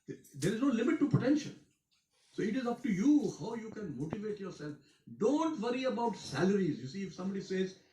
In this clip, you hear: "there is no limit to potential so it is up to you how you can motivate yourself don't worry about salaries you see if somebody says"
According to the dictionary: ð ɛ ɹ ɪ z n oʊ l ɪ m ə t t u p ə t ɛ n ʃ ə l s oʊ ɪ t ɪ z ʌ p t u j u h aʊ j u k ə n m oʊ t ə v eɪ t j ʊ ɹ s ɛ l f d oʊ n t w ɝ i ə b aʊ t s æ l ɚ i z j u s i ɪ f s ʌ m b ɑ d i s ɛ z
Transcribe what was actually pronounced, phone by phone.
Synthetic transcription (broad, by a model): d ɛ ɹ ɪ z n oʊ l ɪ m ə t t u p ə t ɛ n ʃ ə n s oʊ ɪ t ɪ z ʌ p t u j u h aʊ j u k ə n m oʊ t ə v eɪ t j ʊ ɹ s ɛ l f d oʊ n t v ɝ i ə b aʊ t s æ l ɚ i z j u s i ɪ f s ʌ m b ɑ d i s ɛ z